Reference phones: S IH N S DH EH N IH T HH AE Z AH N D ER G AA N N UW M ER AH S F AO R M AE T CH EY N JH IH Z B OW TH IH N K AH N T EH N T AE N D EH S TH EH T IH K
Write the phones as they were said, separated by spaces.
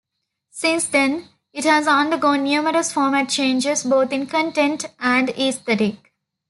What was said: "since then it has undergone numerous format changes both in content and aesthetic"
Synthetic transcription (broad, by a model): S IH N S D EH N IH T HH AE Z AH N D ER G AA N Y UW M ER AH S F AO R M AE T CH EY N JH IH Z B OW T IH N K AH N T EH N T AE N D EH S T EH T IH K